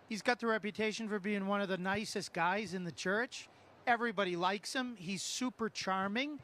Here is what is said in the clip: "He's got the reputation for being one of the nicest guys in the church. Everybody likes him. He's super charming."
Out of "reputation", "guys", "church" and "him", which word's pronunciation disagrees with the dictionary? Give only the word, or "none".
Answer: none